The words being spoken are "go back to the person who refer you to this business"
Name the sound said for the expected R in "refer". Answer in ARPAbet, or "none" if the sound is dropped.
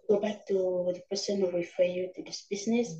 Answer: W